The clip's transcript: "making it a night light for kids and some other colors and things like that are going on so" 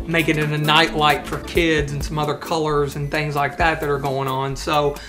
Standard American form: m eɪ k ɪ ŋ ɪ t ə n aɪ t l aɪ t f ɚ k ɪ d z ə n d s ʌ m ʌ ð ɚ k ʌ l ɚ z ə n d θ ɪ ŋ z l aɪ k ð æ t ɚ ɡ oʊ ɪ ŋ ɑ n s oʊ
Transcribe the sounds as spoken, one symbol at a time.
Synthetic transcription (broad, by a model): m eɪ k ɪ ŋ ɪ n ə n aɪ t l aɪ t f ɚ k ɪ d z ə n s ʌ m ʌ ð ɚ k ʌ l ɚ z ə n θ ɪ ŋ z l aɪ k ð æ t ɚ ɡ oʊ ɪ ŋ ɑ n s oʊ